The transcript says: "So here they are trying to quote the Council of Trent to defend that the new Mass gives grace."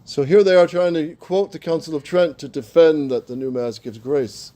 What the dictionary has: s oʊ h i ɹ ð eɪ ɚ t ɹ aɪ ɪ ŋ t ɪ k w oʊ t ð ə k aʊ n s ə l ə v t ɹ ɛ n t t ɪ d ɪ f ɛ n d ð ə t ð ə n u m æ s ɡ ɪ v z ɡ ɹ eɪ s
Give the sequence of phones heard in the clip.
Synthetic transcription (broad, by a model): s oʊ h i ɹ ð eɪ ɚ t ɹ aɪ ɪ ŋ t ɪ k w oʊ t ð ə k aʊ n s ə l ə v t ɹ ɛ n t t ɪ d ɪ f ɛ n ð ə t ð ə n u m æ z ɡ ɪ v z ɡ ɹ eɪ s